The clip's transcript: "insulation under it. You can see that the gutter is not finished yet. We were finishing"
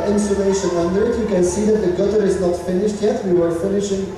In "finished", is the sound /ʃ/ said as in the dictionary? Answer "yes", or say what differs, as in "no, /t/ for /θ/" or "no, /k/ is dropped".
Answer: yes